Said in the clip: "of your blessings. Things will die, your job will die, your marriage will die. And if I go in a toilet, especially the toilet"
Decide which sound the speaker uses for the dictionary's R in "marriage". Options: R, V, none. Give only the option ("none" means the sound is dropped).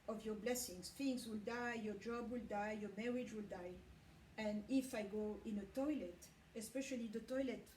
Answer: R